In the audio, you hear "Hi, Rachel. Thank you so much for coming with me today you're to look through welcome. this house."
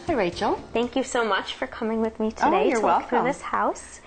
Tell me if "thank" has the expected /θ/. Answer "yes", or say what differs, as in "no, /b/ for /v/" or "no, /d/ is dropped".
yes